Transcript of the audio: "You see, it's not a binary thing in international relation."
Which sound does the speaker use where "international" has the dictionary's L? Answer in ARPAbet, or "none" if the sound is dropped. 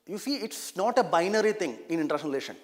N